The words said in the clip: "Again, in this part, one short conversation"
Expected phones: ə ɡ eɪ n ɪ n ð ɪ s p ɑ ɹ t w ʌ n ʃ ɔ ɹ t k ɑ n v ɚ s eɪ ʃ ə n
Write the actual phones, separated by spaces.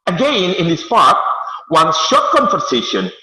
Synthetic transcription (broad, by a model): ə ɡ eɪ n ɪ n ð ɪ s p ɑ ɹ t w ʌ n ʃ ɔ ɹ t k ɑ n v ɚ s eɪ ʃ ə n